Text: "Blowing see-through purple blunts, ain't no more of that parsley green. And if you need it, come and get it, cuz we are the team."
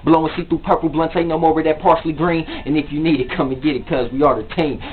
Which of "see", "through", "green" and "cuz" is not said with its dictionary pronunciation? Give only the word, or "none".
through